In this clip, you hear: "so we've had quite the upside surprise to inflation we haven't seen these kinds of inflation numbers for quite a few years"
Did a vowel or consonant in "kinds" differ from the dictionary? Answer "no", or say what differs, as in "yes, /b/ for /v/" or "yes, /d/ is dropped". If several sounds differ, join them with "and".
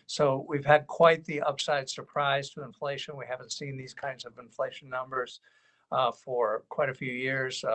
no